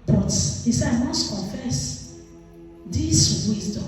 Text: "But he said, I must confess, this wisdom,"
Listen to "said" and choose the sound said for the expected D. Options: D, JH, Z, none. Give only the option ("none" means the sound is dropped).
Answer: none